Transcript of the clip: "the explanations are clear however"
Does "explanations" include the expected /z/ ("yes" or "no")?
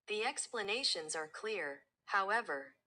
yes